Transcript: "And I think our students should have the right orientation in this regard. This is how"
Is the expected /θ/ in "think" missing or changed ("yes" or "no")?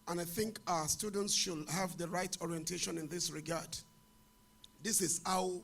no